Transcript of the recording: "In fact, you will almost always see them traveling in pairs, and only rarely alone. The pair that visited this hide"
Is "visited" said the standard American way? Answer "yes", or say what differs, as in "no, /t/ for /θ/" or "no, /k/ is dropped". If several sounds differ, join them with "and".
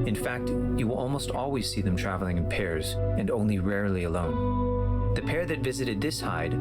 yes